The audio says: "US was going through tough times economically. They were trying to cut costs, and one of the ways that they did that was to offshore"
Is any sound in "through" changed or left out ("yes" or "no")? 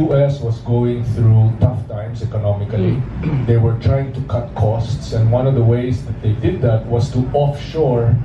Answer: no